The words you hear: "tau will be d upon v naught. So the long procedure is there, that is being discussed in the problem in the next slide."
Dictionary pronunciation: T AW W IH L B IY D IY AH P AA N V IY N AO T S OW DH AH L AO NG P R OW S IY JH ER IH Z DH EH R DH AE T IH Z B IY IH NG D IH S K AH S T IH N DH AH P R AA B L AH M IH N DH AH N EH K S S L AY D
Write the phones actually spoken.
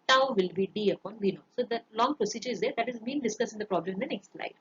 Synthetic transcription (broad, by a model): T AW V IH L B IY D IY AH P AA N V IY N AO S OW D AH L AO NG P R OW S IY JH ER IH Z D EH R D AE T IH Z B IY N D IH S K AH S IH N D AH P R AA B L AH M IH N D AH N EH K S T L AY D